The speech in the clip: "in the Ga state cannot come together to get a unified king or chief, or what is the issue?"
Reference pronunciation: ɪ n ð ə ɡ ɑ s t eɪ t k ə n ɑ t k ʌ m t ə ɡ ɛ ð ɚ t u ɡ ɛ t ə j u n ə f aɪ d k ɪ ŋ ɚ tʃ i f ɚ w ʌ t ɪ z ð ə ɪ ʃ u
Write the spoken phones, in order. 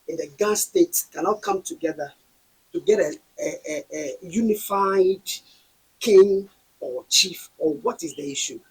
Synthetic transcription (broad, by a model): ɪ n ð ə ɡ ɑ s t eɪ t k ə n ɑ k ʌ m t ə ɡ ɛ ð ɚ t u ɡ ɛ t ə j u n ə f aɪ d k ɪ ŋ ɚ tʃ i f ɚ w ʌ t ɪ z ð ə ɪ ʃ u